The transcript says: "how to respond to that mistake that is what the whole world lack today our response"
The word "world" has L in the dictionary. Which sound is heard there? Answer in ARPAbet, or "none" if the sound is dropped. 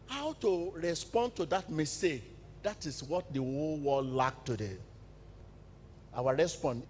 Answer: none